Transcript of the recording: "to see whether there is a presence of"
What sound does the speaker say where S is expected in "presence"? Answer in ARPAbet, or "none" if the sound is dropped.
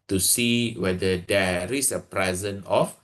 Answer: none